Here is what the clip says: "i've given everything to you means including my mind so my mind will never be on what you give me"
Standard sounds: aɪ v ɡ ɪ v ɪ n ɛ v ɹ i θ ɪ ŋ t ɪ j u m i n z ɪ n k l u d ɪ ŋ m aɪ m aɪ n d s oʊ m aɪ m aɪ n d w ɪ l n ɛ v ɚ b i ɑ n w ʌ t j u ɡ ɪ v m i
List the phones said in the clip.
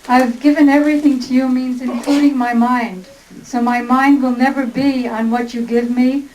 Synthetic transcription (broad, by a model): aɪ v ɡ ɪ v ɪ n ɛ v ɹ i θ ɪ ŋ t ɪ j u m i n z ɪ n k l u d ɪ ŋ m aɪ m aɪ n d s oʊ m aɪ m aɪ n d w ɪ l n ɛ v ɚ b i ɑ n w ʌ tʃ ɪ ɡ ɪ v m i